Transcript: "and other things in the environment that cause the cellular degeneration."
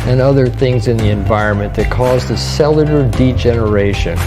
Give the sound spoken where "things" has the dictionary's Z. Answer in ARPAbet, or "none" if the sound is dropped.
Z